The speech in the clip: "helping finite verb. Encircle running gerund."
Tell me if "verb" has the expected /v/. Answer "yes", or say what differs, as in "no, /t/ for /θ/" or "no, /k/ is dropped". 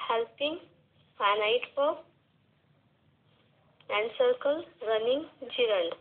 no, /p/ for /v/